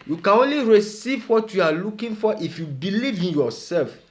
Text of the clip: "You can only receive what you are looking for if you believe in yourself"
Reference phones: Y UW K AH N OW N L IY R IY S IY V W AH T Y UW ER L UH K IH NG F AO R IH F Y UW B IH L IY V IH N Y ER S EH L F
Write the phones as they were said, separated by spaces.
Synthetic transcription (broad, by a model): Y UW K AH N OW N L IY R IY S IY V W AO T Y UW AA L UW K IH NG F AO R IH F Y UW B IH L IY V IH N Y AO S EH L F